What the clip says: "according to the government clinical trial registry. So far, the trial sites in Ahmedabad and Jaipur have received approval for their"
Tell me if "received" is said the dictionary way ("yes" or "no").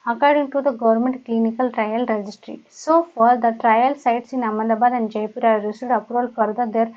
no